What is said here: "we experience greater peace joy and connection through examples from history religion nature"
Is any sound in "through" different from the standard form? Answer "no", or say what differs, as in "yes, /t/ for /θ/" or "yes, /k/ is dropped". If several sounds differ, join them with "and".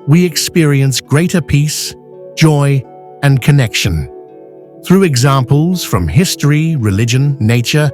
no